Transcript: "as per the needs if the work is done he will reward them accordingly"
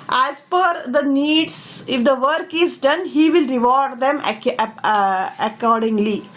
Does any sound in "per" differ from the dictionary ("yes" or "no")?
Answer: yes